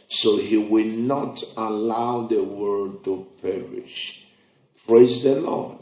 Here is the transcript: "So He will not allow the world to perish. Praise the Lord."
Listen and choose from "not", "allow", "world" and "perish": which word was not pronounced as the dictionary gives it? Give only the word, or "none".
world